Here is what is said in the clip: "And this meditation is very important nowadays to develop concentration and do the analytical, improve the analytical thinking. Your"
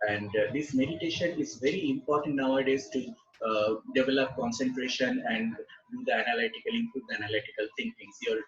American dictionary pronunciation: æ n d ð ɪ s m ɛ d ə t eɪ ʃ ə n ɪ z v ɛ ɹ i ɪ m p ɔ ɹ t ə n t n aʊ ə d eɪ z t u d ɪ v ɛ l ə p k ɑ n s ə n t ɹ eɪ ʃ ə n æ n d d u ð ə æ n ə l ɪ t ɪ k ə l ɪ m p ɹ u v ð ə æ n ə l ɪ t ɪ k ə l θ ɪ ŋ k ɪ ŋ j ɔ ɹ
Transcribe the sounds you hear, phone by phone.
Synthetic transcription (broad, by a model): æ n d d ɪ s m ɛ d ə t eɪ ʃ ə n ɪ z v ɛ ɹ i ɪ m p ɔ ɹ t ə n t n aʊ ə d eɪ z t u d ɪ v ɛ l ə p k ɑ n s ə n t ɹ eɪ ʃ ə n æ n d d u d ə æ n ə l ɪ t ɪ k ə l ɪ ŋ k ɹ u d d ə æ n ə l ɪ t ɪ k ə l t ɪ ŋ k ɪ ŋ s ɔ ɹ